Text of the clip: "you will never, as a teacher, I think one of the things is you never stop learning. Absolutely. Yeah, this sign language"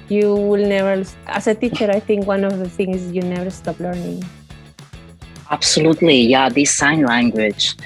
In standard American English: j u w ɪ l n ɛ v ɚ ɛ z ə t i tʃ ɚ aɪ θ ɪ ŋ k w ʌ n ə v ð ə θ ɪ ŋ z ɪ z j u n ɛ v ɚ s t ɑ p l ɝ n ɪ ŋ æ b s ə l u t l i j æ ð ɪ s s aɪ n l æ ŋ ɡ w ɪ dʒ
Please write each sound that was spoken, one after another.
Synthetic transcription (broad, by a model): j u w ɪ l n ɛ v ɚ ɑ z ə t i tʃ ɚ aɪ t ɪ ŋ k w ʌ n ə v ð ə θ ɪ ŋ ɪ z j u n ɛ v ɚ s t ɑ p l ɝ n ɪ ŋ æ b s ə l u t l i j æ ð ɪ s s aɪ n l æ ŋ ɡ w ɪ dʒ